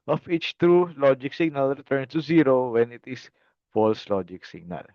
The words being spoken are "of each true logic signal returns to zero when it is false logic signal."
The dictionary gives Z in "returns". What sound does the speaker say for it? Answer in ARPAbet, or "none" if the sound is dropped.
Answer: none